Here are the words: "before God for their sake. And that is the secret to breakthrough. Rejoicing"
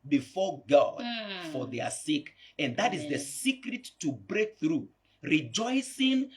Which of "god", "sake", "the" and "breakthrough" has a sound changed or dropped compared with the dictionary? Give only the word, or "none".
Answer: none